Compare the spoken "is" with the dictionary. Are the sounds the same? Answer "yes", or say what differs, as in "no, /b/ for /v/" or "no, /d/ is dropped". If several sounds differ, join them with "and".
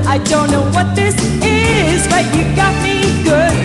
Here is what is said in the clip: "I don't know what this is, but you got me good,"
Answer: yes